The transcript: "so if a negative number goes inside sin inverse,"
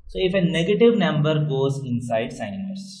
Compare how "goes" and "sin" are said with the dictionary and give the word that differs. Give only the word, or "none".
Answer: sin